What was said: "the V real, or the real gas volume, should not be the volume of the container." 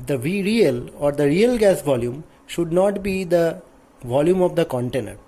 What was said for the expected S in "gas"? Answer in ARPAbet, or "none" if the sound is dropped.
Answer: S